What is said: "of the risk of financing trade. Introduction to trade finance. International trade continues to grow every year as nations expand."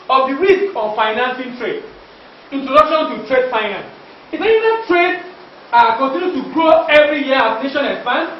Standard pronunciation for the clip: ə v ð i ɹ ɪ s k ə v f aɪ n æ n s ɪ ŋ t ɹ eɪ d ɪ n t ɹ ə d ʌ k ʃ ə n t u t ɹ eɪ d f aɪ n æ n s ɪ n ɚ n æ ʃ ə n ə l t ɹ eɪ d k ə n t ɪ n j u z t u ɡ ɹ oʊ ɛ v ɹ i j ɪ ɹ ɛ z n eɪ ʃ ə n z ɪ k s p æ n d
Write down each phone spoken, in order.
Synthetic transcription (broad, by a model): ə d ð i ɹ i s k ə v f aɪ n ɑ n s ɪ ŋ t ɹ eɪ d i n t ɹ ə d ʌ k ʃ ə n t u t ɹ eɪ d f aɪ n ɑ n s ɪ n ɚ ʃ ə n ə t ɹ eɪ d k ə n t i n j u t u ɡ ɹ oʊ ɛ v ɹ i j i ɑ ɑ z n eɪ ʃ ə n ɪ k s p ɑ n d